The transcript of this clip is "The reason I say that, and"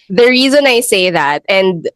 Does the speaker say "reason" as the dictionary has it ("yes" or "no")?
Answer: yes